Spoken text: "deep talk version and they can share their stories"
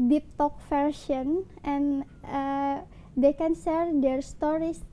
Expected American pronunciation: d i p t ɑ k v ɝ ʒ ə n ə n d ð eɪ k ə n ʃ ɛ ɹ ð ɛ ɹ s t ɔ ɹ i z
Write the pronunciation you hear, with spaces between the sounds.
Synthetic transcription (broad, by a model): d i p t ɑ k f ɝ ʃ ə n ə n d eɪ k ə n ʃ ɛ ɹ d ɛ ɹ s t ɔ ɹ i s